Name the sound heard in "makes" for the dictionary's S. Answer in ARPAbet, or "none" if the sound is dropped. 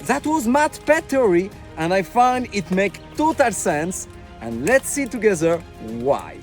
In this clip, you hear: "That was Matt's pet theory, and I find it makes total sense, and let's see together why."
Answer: none